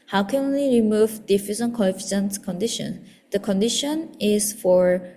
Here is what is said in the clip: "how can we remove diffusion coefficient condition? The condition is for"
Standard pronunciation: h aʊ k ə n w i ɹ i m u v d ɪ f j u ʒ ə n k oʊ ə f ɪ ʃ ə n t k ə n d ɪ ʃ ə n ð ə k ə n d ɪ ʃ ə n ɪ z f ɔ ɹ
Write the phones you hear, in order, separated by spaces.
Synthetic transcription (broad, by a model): h aʊ k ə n w i ɹ i m u v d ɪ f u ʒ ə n k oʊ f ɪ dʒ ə n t k ə n d ɪ ʃ ə n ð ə k ə n d ɪ ʃ ə n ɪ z f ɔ ɹ